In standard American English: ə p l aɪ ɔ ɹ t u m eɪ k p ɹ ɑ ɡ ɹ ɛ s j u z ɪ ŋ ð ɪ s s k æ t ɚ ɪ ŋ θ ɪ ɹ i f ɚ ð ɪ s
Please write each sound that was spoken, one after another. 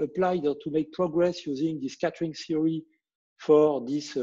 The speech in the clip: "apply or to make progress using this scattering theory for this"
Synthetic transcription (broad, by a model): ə p l aɪ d t u m eɪ k p ɹ ɑ ɡ ɹ ɛ s j u z ɪ ŋ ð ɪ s s k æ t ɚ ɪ ŋ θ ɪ ɹ i f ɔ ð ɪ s